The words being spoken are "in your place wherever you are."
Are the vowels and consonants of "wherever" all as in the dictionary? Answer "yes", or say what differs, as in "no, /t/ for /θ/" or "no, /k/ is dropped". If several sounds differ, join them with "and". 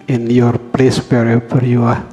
no, /p/ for /v/